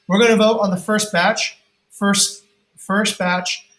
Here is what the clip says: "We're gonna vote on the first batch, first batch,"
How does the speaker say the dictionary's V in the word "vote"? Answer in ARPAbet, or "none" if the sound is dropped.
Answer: V